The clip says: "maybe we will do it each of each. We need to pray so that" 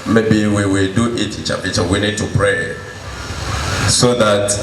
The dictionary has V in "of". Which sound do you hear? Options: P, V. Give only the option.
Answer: P